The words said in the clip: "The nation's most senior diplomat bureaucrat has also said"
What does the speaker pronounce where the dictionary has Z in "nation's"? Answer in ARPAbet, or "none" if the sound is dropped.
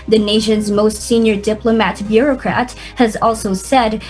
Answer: Z